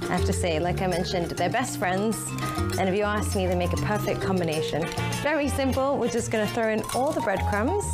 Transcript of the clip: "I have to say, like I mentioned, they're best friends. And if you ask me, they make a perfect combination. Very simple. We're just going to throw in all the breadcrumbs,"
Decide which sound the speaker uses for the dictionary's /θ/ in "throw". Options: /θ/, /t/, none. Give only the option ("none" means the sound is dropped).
/θ/